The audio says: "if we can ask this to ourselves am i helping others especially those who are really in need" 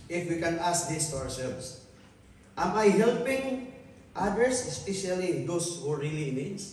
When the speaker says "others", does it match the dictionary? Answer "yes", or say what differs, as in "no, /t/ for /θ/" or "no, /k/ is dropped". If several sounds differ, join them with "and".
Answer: no, /s/ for /z/